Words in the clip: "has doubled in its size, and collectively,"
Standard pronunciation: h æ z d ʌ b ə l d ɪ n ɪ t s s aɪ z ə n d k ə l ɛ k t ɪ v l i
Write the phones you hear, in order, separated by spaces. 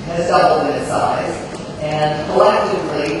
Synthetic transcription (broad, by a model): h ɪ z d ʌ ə d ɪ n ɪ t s s aɪ z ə n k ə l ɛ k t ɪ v l i